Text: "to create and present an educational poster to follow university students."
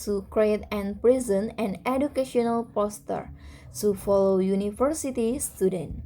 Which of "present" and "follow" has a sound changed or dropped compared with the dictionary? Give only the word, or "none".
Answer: present